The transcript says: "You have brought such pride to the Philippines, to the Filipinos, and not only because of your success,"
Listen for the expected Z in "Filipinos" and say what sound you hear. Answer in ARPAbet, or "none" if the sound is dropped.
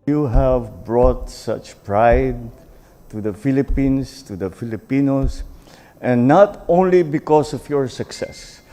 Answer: S